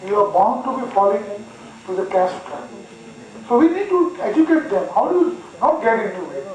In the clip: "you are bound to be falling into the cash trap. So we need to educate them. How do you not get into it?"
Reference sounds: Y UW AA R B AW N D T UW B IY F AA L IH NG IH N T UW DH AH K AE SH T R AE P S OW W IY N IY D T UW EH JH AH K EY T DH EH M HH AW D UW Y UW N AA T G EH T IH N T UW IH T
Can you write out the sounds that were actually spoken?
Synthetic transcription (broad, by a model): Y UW AA R B AW N D T UW B IY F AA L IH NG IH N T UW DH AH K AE S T AA S OW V IY N IY D T UW EH JH AH K EY T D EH M HH AW D UW Y UW N AA T G EH T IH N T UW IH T